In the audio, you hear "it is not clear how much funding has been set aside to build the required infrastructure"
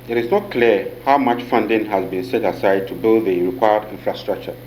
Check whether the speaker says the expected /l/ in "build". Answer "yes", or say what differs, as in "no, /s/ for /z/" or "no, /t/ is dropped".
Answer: yes